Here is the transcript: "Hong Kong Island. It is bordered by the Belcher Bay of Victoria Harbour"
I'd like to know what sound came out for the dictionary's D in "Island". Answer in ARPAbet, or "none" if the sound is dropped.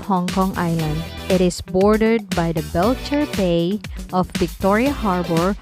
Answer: D